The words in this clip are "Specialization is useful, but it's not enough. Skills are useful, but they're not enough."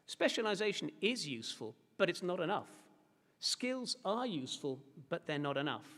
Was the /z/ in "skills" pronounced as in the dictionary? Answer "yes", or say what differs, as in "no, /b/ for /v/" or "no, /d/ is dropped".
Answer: yes